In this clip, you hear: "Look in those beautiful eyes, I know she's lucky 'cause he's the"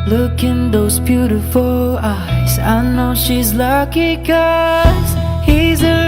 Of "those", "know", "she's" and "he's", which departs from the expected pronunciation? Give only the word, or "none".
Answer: none